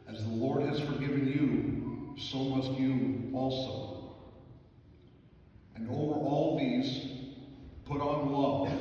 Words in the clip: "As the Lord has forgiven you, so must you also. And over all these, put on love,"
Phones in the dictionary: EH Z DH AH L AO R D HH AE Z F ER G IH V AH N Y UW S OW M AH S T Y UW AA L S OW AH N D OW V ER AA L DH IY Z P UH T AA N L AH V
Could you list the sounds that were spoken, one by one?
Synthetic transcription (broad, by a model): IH Z DH AH L AO R D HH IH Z F ER G IH V AH N Y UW S OW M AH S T Y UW AA L S OW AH N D OW V ER AA L DH IY Z P UH T N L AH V